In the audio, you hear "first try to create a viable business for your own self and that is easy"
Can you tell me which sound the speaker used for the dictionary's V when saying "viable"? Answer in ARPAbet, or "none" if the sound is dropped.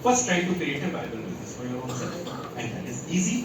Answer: B